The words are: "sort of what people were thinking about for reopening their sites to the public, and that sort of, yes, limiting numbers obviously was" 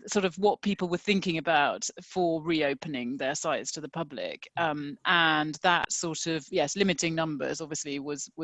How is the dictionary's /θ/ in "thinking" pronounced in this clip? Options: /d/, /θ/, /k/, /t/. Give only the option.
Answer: /θ/